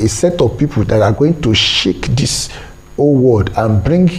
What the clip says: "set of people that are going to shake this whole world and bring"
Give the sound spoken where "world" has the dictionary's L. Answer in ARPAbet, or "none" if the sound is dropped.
none